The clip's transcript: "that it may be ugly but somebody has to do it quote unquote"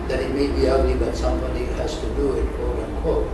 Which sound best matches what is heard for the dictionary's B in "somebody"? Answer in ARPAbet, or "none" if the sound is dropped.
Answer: B